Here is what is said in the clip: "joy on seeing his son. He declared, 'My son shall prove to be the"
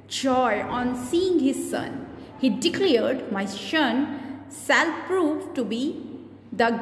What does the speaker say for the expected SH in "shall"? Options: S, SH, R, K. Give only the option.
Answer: S